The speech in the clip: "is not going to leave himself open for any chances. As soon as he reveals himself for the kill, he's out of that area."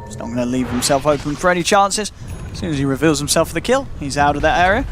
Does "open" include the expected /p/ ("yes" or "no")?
no